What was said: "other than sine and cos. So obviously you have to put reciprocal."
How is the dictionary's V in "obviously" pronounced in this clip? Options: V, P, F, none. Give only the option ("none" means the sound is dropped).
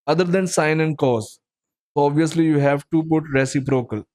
V